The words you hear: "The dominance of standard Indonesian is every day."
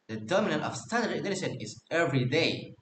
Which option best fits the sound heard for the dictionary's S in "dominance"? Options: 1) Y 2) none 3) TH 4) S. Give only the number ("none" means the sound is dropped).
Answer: 2